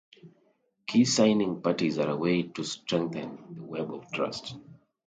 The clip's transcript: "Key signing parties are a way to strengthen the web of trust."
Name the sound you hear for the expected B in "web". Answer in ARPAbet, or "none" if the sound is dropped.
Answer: B